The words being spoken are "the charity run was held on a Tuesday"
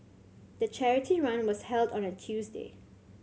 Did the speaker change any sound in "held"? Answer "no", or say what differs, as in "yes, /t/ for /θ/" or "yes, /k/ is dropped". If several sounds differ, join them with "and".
no